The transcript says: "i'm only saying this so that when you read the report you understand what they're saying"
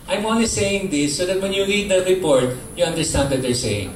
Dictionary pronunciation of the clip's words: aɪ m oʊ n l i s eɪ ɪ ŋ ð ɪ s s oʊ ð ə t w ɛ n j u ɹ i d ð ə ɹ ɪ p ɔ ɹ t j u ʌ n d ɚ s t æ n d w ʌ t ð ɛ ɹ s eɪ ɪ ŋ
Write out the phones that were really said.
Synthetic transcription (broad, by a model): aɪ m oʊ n i s eɪ ɪ ŋ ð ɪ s s oʊ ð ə t w ɛ n j u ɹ i d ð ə ɹ ɪ p ɔ ɹ t j u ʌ n d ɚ s t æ n d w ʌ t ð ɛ ɹ s eɪ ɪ ŋ